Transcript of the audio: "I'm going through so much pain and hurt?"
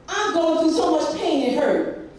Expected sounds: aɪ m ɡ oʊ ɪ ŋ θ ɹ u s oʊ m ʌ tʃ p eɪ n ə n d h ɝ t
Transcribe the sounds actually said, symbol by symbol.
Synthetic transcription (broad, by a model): aɪ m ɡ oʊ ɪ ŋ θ u s oʊ m ʌ tʃ p eɪ n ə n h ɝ